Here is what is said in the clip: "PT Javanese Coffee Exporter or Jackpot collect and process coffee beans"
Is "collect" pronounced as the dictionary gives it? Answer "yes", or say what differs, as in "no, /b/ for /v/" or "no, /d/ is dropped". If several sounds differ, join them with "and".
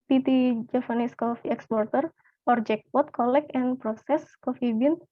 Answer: no, /t/ is dropped